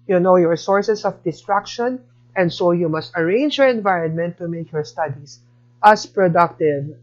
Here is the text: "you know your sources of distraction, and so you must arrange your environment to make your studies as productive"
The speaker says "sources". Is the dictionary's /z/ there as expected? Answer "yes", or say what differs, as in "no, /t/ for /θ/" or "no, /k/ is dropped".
no, /s/ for /z/